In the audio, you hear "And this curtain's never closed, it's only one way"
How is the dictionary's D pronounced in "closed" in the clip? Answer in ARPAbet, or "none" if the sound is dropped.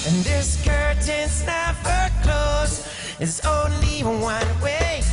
none